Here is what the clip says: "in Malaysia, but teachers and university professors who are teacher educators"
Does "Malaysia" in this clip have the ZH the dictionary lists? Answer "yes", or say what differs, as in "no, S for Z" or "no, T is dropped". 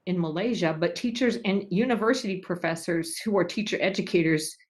yes